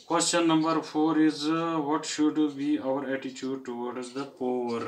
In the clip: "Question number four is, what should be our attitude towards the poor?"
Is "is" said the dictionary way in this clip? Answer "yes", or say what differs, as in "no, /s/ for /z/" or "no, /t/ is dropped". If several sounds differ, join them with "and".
yes